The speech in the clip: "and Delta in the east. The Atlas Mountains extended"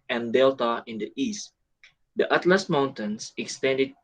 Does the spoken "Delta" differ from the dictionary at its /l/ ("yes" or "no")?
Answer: no